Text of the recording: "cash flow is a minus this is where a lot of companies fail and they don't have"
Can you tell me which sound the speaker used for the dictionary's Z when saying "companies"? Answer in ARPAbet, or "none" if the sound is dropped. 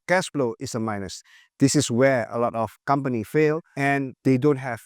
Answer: none